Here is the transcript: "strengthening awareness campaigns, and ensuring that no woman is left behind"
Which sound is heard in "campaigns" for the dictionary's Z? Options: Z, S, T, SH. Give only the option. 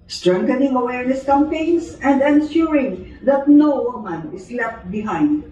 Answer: S